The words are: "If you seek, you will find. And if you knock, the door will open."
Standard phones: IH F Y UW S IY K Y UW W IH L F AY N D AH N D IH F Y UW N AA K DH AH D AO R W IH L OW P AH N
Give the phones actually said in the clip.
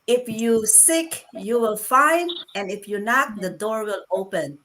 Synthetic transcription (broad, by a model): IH F Y UW S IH K Y UW W IH L F AY N D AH N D IH F Y UW N AA K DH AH D AO R W IH L OW P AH N